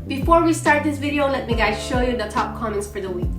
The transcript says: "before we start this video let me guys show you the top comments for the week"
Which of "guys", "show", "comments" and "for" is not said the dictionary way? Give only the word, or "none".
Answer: none